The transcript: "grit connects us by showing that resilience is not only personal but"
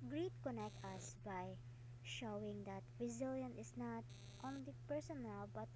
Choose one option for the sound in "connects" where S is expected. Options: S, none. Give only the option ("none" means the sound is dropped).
none